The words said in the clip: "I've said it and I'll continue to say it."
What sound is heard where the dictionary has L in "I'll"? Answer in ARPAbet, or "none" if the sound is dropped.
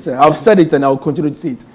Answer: W